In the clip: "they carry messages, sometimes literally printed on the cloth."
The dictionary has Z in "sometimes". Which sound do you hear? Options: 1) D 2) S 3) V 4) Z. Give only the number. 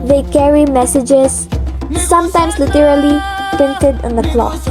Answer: 2